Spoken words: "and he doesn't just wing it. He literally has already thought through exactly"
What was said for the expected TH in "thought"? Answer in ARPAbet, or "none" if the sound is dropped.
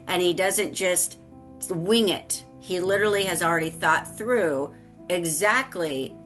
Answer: TH